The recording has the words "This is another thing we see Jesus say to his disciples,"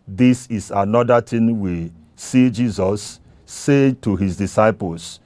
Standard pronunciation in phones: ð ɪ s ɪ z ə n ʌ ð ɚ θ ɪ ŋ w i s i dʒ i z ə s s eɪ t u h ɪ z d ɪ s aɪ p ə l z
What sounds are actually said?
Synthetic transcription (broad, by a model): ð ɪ s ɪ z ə n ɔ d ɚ t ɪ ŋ w i s i dʒ i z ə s s eɪ t u h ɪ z d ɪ s aɪ p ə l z